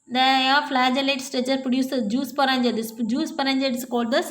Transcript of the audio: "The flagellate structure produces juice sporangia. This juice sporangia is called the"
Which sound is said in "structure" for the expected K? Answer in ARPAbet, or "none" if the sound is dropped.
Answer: none